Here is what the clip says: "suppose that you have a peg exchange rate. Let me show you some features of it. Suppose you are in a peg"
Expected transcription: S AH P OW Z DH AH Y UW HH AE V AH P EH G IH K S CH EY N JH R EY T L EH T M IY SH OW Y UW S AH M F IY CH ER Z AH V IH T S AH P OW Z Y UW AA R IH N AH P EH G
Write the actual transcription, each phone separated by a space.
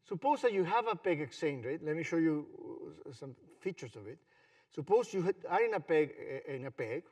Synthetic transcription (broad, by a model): S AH P OW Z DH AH Y UW HH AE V AH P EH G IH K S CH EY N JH R EY T L EH T M IY SH OW Y UW S AH M F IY CH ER S AH V IH T S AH P OW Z Y UW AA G IH N AH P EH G